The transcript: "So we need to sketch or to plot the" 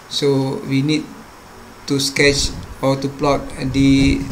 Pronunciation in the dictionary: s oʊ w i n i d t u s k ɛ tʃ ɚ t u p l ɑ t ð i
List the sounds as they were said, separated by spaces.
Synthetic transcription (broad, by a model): s oʊ w i n i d t u s k ɛ tʃ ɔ t u p l ɑ t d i